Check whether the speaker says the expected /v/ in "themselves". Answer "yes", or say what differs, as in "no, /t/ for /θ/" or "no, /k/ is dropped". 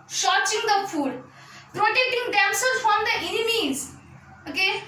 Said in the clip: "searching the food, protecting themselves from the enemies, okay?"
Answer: no, /v/ is dropped